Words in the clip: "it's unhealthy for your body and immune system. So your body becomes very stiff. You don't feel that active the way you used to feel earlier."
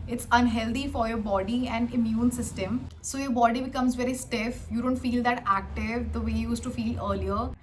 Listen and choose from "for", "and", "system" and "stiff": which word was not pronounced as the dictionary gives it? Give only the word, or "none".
none